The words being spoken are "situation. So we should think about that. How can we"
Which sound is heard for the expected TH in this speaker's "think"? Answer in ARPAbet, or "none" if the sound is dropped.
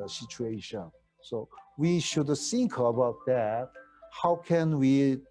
S